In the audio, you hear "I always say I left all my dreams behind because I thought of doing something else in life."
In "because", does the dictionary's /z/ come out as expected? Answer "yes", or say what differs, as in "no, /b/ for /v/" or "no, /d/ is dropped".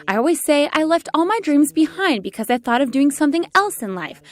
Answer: yes